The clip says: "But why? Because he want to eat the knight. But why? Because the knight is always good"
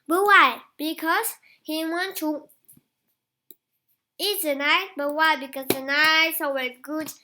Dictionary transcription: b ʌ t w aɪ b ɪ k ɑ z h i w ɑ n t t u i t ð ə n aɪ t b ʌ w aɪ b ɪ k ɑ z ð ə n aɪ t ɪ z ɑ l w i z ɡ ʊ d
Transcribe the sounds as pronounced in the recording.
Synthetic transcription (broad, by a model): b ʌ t w aɪ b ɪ k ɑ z h i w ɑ n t t u i t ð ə n aɪ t b ʌ w aɪ b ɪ k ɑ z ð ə n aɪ ɪ s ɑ w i ɡ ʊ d